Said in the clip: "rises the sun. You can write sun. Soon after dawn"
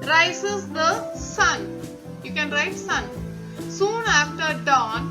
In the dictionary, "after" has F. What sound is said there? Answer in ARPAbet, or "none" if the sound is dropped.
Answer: F